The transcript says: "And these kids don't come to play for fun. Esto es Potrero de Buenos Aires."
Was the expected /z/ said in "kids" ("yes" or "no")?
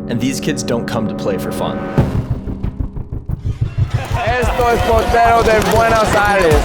yes